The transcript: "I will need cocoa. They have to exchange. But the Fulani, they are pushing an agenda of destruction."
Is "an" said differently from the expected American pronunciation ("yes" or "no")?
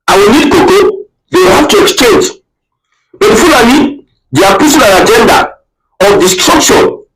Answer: yes